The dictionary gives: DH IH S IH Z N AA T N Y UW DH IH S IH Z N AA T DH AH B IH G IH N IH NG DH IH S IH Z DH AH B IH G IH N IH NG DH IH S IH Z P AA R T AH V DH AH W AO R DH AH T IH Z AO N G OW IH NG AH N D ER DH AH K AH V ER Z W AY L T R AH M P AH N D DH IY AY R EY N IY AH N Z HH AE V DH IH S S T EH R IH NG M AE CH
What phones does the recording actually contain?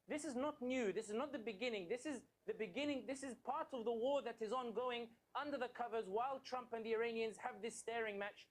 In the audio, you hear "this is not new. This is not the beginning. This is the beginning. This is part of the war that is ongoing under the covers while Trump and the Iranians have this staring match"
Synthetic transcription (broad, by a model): DH IH S IH Z N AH T N Y UW DH IH S IH Z N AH T DH AH B IH G IH N IH NG DH IH S IH Z DH AH B IH G IH N IH NG DH IH S IH Z P AA R T AH V DH AH W AO R DH AH T IH Z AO N G OW IH NG AH N D ER DH AH K AH V ER Z W AY L T R AH M P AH N DH IY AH R EY N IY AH N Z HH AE V DH IH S S T EH R IH NG M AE CH